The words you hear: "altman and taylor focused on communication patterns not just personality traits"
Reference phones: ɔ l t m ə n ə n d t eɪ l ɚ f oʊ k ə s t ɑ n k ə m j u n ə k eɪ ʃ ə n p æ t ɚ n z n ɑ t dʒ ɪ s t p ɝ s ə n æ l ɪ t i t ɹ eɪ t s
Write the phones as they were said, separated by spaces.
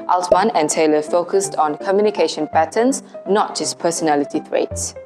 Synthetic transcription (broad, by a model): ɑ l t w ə n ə n t eɪ l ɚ f oʊ k ə s t ɑ n k ə m j u n ə k eɪ ʃ ə n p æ t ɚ n s n ɑ t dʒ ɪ s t p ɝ s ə n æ l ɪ t i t ɹ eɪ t s